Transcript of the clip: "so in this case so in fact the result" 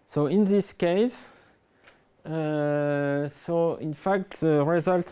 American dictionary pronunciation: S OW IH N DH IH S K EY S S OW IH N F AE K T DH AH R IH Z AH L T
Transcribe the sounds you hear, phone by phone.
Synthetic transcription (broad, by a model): S OW IH N DH IH S K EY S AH OW IH N F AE K T DH AH R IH Z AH L T